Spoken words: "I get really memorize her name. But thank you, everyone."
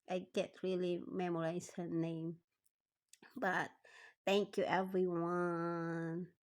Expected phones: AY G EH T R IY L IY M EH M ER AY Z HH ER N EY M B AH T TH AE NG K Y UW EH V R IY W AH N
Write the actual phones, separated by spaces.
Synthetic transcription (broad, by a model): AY G EH T R IY L IY M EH M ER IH S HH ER N EY M B AH T TH AE NG K Y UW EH V R IY W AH N